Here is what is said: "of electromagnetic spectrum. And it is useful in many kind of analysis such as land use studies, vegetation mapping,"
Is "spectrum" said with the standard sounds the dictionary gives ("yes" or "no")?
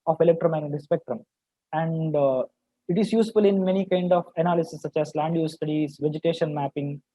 yes